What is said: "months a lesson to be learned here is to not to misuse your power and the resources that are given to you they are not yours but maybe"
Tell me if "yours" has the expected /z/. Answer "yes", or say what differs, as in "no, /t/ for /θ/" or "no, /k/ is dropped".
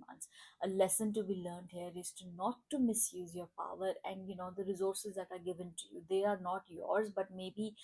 yes